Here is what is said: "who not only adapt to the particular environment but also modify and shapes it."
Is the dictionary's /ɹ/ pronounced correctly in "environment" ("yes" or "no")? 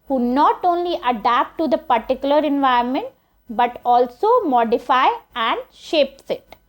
no